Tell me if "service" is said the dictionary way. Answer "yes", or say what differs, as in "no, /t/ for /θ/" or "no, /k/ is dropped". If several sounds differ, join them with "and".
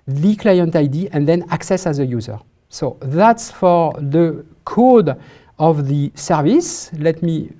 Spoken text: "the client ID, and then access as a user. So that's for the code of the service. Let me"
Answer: yes